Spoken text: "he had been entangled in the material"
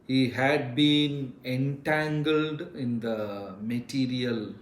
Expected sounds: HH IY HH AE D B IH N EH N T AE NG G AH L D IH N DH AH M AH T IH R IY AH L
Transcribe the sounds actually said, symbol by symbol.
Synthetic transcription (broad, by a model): HH IY HH AE D B IH N EH N T AE NG G AH L D IH N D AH M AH T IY R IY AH L